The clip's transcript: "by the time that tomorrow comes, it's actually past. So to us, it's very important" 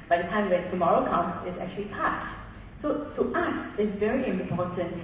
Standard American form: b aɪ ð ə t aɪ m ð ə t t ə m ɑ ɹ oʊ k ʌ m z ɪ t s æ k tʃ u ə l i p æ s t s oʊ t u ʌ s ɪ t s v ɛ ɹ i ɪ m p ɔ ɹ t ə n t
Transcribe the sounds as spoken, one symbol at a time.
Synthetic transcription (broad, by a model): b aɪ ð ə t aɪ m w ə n t ə m ɑ ɹ oʊ k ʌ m ɪ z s æ k tʃ u ə l i p æ s t s oʊ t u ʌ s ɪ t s v ɛ ɹ i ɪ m p ɔ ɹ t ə n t